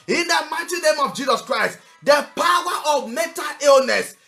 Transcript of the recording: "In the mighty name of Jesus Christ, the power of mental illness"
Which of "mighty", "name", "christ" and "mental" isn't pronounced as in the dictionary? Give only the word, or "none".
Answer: mental